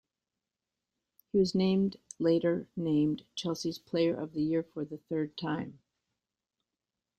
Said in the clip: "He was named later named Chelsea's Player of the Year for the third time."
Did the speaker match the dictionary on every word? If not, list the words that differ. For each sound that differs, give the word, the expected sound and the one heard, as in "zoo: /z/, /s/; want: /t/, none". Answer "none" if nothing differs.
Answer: none